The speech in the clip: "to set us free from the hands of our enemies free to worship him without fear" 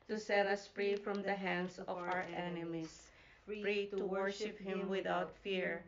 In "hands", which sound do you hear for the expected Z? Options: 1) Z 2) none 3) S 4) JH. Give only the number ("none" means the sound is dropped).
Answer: 3